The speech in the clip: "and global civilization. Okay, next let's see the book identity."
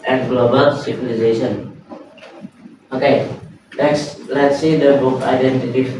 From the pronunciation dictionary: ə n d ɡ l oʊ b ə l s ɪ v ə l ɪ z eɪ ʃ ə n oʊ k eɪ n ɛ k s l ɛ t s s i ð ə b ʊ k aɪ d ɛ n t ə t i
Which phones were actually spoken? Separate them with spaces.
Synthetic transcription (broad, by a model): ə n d ɡ l oʊ b ə l s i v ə l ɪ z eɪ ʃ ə n oʊ k eɪ l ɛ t s l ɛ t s s i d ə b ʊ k aɪ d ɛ n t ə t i